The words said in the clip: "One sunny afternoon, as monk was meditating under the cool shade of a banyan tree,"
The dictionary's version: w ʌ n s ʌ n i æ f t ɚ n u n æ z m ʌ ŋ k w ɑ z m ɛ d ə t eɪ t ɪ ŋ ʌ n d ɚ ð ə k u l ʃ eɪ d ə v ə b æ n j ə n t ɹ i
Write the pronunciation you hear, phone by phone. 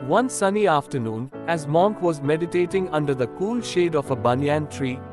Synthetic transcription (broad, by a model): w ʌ n s ʌ n i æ f t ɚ n u n æ z m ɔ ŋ k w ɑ z m ɛ d ə t eɪ t ɪ ŋ ʌ n d ɚ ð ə k u l ʃ eɪ d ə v ə b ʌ n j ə n t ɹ i